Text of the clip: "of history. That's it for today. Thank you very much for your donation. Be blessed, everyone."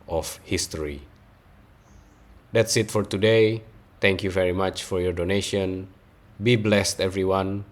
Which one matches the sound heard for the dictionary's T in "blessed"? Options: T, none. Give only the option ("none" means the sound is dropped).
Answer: T